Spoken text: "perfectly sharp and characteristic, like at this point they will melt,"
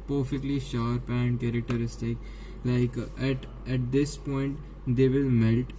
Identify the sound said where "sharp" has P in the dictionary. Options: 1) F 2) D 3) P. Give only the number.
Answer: 3